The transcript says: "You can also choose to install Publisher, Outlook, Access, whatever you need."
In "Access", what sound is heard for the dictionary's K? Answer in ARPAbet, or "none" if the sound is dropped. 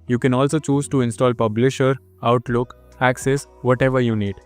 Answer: K